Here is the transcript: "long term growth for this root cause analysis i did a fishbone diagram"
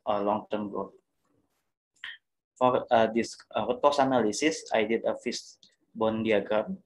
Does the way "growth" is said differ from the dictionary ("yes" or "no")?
yes